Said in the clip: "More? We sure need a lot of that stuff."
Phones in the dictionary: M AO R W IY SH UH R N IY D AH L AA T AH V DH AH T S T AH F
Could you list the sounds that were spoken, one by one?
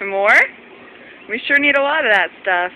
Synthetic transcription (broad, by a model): M AO R W IY SH UH R N IY D AH L AA T AH V DH AH T S T AH F